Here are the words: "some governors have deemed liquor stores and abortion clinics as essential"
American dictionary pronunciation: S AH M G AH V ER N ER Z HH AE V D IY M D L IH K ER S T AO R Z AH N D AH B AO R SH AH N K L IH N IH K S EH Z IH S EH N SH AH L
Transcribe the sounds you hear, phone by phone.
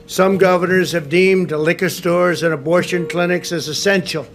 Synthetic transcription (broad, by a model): S AH M G AH V ER N ER Z HH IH V D IY M D L IH K ER S T AO R Z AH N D AH B AO R SH AH N K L IH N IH K S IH Z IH S EH N SH L